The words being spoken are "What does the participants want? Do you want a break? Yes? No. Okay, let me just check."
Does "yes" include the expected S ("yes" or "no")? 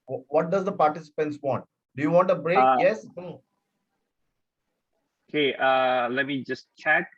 yes